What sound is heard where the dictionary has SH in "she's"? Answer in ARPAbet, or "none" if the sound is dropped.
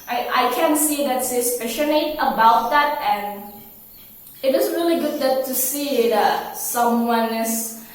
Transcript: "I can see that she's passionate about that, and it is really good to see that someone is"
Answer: S